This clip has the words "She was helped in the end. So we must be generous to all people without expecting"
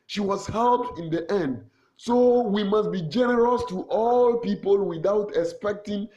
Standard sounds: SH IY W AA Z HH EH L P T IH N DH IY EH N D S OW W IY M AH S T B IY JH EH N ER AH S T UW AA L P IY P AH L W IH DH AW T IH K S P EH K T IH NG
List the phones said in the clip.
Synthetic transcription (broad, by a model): SH IY W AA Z HH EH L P IH N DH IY EH N D S OW W IY M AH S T B IY JH EH N ER AH S T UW AA L P IY P AH L W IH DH AW T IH K S P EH K T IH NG